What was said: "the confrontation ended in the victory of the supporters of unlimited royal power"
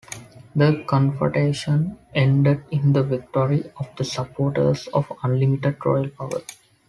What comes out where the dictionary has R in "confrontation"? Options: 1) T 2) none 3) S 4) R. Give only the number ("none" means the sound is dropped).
2